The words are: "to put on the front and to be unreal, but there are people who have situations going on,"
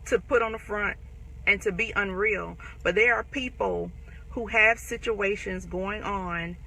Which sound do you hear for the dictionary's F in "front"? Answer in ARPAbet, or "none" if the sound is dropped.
F